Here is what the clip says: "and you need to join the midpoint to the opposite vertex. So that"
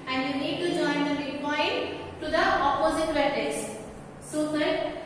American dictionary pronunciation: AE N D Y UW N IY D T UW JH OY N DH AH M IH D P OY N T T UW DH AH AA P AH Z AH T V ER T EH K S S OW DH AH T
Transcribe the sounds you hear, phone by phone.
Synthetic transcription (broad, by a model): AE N D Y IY N IY D T UW JH OY N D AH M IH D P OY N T T UW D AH AA P AH Z AH T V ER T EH S S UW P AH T